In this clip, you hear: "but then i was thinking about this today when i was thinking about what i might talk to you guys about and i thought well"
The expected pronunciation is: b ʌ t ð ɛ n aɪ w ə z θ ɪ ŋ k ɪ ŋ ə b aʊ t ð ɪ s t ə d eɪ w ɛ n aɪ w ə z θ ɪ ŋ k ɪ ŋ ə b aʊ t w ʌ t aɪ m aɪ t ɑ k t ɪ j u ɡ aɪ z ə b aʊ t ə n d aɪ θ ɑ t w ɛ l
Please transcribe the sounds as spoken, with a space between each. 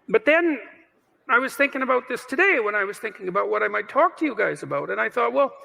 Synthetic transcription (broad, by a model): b ʌ t ð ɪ n aɪ w ə z θ ɪ ŋ k ɪ ŋ ə b aʊ t ð ɪ s t ə d eɪ w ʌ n aɪ w ə z θ ɪ ŋ k ɪ ŋ ə b aʊ t w ʌ t aɪ m aɪ t ɑ k t ɪ j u ɡ aɪ z ə b aʊ t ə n aɪ θ ɑ t w ɛ l